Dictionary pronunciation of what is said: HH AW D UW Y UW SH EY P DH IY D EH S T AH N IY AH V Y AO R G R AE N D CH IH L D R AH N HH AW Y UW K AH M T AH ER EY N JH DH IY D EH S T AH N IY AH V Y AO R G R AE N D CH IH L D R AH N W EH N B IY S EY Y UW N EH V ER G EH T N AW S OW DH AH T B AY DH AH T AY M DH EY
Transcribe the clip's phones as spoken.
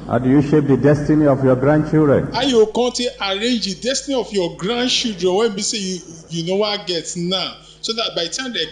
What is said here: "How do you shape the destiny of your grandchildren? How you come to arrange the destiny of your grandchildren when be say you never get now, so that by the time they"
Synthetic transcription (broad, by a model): HH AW D UW Y UW SH EY P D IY D EH S T AH N IY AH F Y AO G R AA N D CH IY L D R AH N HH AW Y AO K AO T T AH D EY N JH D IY D EH S T AH N IY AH F Y AO G R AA N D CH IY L D R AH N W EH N B IY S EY Y UW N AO W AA G EH T N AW S OW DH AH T B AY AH T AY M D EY